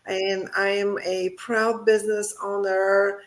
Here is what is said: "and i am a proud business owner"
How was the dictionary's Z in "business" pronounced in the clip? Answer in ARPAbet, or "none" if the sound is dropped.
Z